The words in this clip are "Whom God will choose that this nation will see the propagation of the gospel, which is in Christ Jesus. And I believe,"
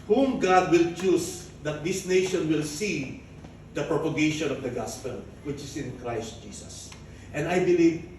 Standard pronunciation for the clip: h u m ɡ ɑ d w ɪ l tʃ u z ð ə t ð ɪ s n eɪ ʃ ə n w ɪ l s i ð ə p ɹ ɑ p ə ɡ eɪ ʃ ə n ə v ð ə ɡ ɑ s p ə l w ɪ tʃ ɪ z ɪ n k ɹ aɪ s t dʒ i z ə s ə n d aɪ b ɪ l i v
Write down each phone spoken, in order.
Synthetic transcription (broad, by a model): h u m ɡ ɑ d w ɪ l tʃ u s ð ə t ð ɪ s n eɪ ʃ ə n w ɪ l s i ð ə p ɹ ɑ p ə ɡ eɪ ʃ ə n ə v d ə ɡ ɑ s p ə l w ɪ tʃ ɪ s ɪ n k ɹ aɪ s t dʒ i s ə s ə n d aɪ b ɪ l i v